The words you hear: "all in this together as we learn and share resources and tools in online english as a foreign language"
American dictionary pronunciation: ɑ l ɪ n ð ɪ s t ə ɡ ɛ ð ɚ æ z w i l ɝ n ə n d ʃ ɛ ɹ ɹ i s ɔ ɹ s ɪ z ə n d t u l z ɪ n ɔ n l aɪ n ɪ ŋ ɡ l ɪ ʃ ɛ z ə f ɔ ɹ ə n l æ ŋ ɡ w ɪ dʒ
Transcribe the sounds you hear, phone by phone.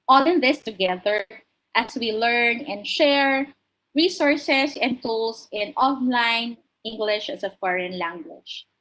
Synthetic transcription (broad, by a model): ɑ l ɪ n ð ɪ s t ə ɡ ɛ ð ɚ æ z w i l ɝ n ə n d ʃ ɛ ɹ ɹ i s ɔ ɹ s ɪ s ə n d t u l s ɪ n ɔ n l aɪ n ɪ ŋ ɡ l ɪ ʃ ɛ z ə f ɔ ɹ ə n l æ ŋ ɡ w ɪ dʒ